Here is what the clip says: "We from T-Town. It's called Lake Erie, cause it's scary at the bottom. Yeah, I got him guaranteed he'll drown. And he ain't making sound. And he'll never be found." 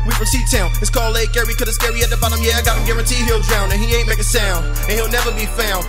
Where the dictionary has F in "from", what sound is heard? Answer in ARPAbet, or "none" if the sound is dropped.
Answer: P